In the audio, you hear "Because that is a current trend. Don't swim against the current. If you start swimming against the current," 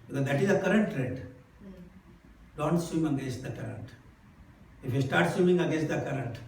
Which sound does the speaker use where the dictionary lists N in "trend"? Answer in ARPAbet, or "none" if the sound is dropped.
none